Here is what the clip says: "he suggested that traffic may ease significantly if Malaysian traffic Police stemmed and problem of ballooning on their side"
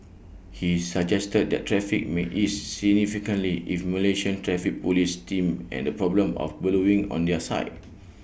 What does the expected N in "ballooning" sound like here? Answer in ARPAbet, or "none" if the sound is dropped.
none